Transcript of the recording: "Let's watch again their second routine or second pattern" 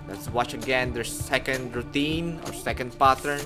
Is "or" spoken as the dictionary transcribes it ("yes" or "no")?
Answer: yes